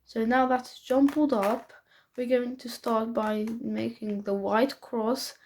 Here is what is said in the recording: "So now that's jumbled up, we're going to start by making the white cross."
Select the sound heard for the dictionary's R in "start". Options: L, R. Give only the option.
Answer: R